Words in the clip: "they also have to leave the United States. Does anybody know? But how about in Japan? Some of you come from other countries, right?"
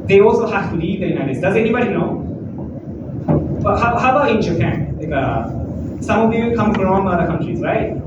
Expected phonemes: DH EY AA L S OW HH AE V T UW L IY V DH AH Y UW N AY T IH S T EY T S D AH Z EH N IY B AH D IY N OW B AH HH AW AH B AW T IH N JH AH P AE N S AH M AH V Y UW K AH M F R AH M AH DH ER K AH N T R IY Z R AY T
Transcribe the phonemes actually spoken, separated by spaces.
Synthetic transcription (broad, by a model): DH EY AA L S OW HH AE F T UW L IY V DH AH Y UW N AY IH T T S D AH Z EH N IY B AH D IY N OW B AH HH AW AH B AW T IH N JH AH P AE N S AH M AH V Y UW K AH M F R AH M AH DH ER K AH N T R IY Z R AY T